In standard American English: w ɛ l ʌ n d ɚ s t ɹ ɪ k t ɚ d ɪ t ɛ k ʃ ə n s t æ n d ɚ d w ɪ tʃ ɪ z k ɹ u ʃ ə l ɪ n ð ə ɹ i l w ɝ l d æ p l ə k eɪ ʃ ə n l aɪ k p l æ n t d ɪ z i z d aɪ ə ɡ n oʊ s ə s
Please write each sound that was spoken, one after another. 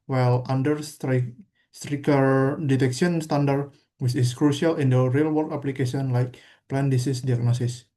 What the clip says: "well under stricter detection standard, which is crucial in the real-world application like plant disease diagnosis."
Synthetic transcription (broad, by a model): w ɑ l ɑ n d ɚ s t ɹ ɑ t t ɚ d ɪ t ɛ k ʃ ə n s t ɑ n d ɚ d w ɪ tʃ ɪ s k ɹ u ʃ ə l ɪ n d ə ɹ i l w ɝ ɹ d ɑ p l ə k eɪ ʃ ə n l aɪ k p l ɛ n d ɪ s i s d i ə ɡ n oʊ s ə s